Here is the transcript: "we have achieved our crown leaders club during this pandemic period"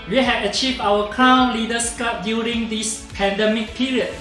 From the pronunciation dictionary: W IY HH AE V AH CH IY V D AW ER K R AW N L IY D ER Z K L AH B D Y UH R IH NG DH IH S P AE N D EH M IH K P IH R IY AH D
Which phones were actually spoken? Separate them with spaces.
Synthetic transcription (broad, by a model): W IY HH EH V AH CH IY V D AW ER K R AW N L IY D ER S K AA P D Y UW R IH NG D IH S P AE N D EH M IH K P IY R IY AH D